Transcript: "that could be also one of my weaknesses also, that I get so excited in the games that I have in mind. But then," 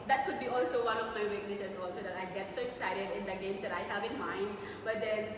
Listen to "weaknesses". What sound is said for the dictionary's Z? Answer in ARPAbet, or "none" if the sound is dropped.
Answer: S